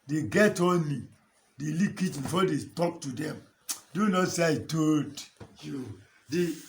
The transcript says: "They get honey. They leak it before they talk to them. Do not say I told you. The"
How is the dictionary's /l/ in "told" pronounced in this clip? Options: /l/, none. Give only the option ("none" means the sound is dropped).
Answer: none